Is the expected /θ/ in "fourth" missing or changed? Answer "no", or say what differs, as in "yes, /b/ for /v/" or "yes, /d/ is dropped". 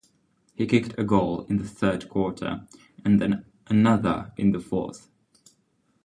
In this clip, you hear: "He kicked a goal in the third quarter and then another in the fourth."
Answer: no